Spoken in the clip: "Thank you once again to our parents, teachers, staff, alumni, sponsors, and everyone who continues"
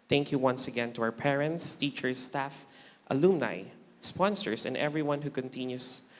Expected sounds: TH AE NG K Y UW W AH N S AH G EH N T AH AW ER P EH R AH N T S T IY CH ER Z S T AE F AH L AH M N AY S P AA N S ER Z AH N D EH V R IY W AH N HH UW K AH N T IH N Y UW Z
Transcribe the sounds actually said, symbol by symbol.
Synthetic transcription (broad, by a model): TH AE NG K Y UW W AH N S AH G EH N T AH AW ER P EH R AH N T S T IY CH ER S T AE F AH L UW M N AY S P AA N S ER S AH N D EH V R IY W AH N HH UW K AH N T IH N Y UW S